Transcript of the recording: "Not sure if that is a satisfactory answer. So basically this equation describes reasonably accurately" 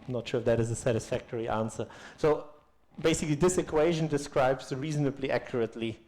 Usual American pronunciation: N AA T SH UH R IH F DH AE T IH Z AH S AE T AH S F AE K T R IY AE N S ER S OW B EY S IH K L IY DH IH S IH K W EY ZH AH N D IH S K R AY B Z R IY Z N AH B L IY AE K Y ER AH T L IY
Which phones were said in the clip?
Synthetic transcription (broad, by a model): N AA T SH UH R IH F DH AE T IH Z AH S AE T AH S F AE K T R IY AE N S ER S OW B EY S IH K L IY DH IH S IH K W EY ZH AH N D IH S K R AY B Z R IY Z N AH B L IY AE K Y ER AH T L IY